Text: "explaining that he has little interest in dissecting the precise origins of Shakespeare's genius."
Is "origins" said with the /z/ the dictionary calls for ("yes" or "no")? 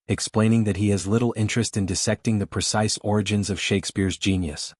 yes